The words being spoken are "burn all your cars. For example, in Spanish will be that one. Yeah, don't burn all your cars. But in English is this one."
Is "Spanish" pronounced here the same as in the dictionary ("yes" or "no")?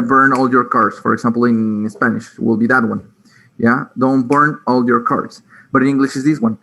yes